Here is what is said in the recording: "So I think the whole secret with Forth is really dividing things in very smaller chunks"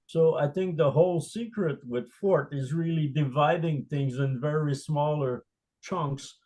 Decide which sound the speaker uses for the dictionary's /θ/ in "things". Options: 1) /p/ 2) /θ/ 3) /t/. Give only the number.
2